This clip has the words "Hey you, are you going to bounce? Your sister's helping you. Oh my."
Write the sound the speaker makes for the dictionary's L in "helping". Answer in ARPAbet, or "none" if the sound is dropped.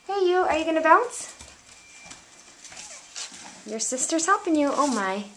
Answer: none